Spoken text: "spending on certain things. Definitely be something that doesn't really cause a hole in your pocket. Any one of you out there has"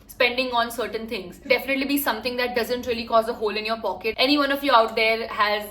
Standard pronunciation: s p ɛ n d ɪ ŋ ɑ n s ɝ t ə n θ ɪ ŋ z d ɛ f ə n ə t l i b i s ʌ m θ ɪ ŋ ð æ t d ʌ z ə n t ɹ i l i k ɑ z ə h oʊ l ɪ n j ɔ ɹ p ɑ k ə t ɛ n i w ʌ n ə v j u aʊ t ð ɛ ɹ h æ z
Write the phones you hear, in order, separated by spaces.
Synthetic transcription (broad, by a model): s p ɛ n d ɪ ŋ ɑ n s ɝ t ə n t ɪ ŋ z d ɛ f ə n ə t l i b i s ʌ m t ɪ ŋ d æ t d ʌ z ə n t ɹ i l i k ɑ z ə h oʊ l ɪ n j ɔ ɹ p ɑ k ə t ɛ n i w ʌ n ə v j u aʊ t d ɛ ɹ h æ z